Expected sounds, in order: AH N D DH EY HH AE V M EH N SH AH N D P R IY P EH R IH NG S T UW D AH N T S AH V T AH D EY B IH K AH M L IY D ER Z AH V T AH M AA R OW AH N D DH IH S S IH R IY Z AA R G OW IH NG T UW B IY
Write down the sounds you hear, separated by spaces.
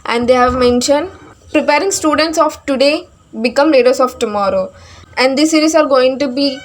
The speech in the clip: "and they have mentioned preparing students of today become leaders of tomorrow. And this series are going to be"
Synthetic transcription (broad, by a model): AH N D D EY HH AE V M EH N SH AH N D P R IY P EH R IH NG S T UW D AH N T S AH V T AH D EY B IH K AH M L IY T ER S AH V T AH M AA R OW AH N D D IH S S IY R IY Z AA R G OW IH NG T UW B IY